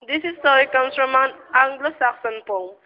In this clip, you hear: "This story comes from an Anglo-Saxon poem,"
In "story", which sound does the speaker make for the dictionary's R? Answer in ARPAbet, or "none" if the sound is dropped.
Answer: none